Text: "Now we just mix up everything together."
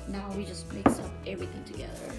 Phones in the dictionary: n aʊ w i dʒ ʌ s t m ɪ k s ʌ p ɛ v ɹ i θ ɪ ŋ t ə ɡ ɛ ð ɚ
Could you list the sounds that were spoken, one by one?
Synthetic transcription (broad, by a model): n aʊ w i dʒ ʌ s t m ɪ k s ʌ p ɛ v ɹ i θ ɪ ŋ t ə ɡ ɛ ð ɚ